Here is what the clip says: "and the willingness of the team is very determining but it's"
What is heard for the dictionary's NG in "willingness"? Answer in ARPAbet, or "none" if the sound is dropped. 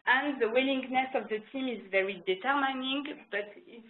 NG